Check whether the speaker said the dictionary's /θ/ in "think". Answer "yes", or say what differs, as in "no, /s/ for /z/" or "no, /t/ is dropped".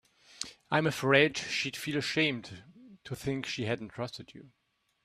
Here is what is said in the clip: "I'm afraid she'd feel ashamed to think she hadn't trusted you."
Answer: yes